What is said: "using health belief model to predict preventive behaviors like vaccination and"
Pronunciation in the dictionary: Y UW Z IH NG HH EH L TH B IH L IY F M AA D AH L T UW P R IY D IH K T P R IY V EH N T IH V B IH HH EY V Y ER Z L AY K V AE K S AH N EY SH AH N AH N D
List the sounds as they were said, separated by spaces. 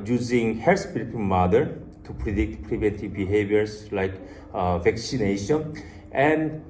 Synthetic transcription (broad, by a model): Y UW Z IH NG HH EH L T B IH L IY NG M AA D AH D T UW P R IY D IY K T P R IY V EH N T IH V B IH HH EY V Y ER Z L AY K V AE K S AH N EY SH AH N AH N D